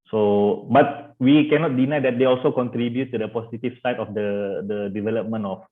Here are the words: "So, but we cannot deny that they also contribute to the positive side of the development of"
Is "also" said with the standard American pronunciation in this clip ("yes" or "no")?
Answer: yes